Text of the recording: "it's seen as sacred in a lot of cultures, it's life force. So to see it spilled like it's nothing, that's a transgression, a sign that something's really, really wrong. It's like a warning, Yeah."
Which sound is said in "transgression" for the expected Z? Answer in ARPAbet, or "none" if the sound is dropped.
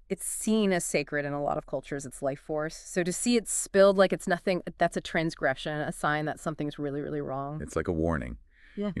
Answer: Z